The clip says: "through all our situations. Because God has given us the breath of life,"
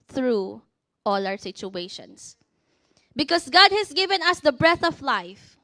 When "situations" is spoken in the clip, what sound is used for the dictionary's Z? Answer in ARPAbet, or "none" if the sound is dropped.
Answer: S